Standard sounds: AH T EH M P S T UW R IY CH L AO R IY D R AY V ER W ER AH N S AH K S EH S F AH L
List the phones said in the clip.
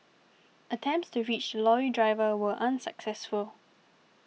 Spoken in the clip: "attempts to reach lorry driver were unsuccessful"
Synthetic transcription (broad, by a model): AH T EH M P S T UW R IY CH L AO IY D R AY V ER W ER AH N S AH K S EH S F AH L